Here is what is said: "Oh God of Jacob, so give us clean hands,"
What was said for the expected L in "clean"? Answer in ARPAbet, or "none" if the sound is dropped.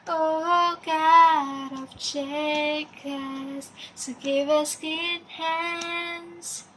none